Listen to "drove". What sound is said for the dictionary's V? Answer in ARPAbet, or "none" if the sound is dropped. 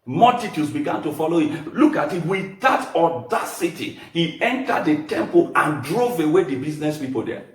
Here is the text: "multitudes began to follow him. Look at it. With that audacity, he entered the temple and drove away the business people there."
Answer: V